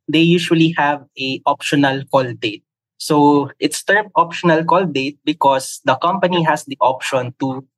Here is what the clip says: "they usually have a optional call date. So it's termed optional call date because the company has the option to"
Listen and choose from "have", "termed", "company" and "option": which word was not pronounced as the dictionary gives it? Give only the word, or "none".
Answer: termed